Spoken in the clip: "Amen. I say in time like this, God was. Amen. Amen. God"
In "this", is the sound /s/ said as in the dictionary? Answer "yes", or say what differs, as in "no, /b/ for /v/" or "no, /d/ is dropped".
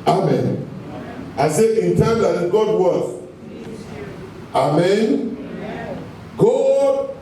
no, /s/ is dropped